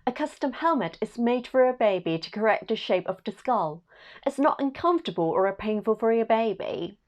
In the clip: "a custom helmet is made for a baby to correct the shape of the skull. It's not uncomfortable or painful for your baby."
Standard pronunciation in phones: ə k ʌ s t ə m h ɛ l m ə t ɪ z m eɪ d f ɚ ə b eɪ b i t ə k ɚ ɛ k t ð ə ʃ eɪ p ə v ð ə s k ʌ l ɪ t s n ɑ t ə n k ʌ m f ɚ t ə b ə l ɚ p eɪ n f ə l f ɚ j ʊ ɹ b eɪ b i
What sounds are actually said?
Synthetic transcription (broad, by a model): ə k ʌ s t ə m h ɛ l m ə t ɪ z m eɪ d f ɚ ə b eɪ b i t ə k ɚ ɛ k t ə ʃ eɪ p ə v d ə s k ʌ l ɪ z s n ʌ t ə n k ʌ m f t ə b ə l ɚ p eɪ n f ə l f ɚ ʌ b eɪ b i